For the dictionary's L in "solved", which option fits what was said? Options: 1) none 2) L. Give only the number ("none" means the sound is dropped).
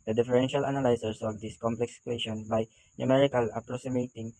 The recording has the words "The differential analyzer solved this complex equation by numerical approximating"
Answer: 1